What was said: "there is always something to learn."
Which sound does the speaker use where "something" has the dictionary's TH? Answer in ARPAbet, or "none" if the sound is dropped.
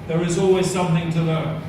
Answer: TH